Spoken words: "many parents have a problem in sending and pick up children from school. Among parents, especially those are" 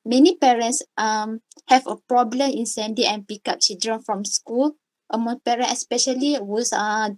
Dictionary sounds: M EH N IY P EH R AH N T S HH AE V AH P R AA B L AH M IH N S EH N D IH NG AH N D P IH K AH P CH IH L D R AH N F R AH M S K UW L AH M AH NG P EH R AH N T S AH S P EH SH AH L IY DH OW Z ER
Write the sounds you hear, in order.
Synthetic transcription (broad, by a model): M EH N IY P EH R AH N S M HH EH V AH P R AA B L AH M IH N S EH N D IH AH N P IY K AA P CH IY L D R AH N F R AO M S K UW L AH M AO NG P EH R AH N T AH S P EH SH AH L IY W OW S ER